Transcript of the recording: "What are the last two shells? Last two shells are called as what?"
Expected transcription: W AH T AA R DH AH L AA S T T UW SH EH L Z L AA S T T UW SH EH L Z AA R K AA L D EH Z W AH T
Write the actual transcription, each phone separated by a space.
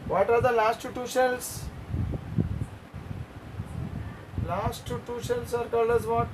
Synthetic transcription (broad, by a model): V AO T AA R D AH L AA S T T UW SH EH L S L AA S T T UW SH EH L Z AA R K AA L AH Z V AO T